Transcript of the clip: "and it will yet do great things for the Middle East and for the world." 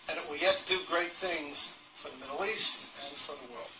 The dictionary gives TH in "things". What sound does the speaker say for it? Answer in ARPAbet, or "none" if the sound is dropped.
TH